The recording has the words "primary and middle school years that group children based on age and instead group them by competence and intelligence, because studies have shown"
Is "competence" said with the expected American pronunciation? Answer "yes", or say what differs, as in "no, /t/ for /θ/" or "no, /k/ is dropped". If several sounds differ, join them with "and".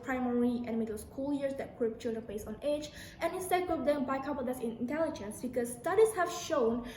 no, /n/ is dropped